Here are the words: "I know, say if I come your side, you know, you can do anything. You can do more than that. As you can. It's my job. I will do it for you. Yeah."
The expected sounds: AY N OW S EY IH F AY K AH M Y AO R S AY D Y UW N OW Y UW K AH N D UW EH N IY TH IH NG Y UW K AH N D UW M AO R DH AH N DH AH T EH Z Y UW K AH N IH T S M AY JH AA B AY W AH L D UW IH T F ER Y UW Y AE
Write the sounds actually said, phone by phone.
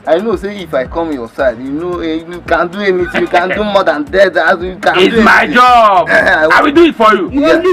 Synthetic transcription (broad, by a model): AY N OW S EY IH F AY K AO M Y AO S AY D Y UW N OW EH K AH N D UW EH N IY T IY Y UW K AH N D UW M AO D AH N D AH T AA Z Y UW K AH N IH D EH M AY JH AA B AY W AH D UW IH T F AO Y UW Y